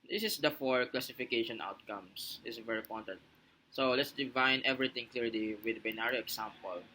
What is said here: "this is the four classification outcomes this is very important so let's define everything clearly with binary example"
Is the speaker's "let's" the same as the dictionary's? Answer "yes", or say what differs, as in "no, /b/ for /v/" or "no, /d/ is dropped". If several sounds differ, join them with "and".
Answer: yes